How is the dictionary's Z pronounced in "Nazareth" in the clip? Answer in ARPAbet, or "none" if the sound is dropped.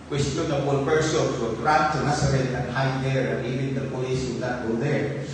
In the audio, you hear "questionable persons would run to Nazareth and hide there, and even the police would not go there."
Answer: S